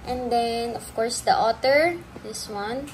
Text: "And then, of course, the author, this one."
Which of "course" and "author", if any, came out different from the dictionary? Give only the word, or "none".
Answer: author